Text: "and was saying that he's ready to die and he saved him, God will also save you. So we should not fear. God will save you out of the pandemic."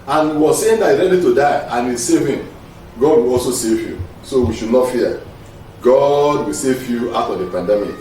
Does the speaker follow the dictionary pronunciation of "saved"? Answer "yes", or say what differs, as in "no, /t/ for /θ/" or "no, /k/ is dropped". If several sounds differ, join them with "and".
no, /d/ is dropped